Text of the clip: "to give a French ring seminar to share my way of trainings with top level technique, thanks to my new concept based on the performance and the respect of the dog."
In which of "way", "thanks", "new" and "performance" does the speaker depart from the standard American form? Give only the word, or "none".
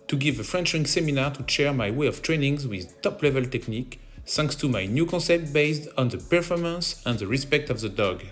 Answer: thanks